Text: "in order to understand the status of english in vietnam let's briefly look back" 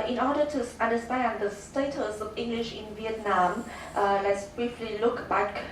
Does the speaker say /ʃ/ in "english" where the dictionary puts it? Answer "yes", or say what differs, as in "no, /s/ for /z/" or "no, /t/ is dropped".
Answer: yes